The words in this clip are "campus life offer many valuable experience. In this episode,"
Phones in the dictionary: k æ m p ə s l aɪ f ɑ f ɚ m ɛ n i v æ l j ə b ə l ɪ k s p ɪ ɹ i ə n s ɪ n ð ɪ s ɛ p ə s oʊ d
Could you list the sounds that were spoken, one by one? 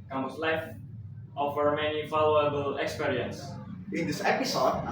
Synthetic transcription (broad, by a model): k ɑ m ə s l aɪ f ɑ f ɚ m ɛ n i f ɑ l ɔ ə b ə l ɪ k s p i ɹ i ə n s ɪ n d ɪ s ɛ p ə s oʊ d